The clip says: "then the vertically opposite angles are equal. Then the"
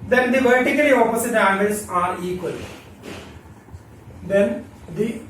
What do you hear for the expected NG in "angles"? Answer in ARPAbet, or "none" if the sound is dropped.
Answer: none